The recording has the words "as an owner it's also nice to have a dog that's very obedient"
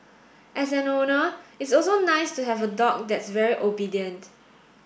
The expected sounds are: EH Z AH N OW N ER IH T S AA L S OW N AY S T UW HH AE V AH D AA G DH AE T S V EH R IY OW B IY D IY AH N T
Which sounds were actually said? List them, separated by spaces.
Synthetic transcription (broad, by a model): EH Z AH N OW N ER IH T S AA L S OW N AY S T UW HH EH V AH D AA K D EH T S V EH R IY OW B IY D IY AH N T